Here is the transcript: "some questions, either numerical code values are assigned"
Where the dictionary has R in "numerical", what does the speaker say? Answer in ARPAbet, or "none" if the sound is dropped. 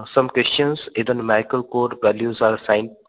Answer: none